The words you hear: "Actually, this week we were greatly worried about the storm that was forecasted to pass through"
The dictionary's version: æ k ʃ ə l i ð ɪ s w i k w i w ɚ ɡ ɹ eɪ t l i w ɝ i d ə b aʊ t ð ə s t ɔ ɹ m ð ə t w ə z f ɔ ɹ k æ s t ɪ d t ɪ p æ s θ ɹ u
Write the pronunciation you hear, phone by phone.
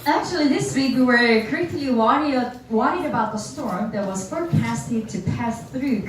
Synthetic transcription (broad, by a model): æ k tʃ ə l i ð ɪ s w i k w i w ɚ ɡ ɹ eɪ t w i w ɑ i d ə b aʊ t ð ə s t ɔ ɹ m ð ə t w ə z f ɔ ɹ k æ s t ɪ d t ɪ p æ s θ ɹ u